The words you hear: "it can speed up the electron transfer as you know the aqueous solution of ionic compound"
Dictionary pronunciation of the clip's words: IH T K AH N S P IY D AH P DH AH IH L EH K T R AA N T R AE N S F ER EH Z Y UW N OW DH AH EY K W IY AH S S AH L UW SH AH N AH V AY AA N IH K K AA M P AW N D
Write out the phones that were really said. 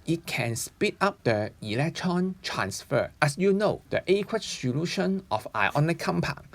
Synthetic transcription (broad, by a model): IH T K AH N S P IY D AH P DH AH IH L EH K T R AA N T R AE N S F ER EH S Y UW N OW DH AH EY K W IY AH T S AH L UW SH AH N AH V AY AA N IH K K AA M P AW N